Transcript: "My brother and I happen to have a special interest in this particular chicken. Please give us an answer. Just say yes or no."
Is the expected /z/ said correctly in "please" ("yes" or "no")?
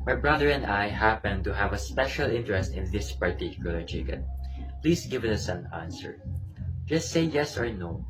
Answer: no